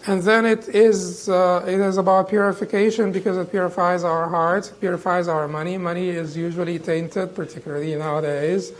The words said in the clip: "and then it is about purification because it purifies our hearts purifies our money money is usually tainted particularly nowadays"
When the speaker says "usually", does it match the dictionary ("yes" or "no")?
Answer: yes